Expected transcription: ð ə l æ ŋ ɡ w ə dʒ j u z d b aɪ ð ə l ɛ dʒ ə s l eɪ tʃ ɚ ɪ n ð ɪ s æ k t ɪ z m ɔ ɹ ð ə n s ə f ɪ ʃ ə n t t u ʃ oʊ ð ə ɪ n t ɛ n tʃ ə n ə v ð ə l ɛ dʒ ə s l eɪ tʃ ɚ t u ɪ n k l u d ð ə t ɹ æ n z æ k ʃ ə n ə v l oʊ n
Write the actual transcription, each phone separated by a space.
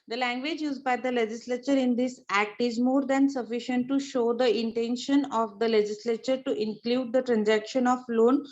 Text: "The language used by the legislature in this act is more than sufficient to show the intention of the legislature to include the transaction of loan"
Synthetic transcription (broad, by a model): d ə l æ ŋ ɡ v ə dʒ j u z d b aɪ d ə l ɛ dʒ ə s l eɪ tʃ ɚ ɪ n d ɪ s æ k t ɪ z m ɔ ɹ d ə n s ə f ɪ ʃ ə n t t u ʃ oʊ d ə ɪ n t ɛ n ʃ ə n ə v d ə l ɛ dʒ ə s l eɪ tʃ ɚ t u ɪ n k l u d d ə t ɹ æ n z æ k ʃ ə n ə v l oʊ n